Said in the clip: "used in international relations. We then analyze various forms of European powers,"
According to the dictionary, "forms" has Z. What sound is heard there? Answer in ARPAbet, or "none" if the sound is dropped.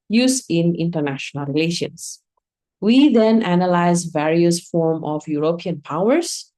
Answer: none